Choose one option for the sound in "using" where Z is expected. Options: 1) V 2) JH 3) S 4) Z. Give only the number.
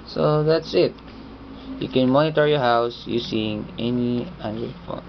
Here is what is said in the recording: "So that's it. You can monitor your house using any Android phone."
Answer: 3